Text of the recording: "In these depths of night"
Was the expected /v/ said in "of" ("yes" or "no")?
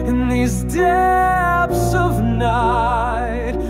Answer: yes